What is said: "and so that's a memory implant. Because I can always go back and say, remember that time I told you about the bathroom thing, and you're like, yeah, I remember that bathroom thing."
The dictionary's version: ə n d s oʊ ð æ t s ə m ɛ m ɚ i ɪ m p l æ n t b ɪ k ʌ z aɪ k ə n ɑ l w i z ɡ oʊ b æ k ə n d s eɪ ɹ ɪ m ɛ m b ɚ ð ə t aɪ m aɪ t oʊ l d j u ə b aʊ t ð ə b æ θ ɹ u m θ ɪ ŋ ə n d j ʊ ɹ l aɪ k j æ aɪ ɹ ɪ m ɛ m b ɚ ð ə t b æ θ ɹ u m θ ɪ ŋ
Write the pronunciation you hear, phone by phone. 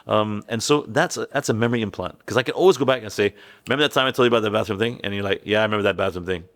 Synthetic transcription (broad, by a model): ə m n s oʊ ð æ t s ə m ɛ m ɚ i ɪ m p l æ n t k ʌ z aɪ k ə n ɑ l w i z ɡ oʊ b æ k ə n s eɪ ɪ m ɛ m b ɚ ð ə t aɪ m aɪ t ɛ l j ə b aʊ t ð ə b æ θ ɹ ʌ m θ ɪ ŋ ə n j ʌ ɹ l aɪ k j æ aɪ ɹ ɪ m ɛ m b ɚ ð ə t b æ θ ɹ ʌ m θ ɪ ŋ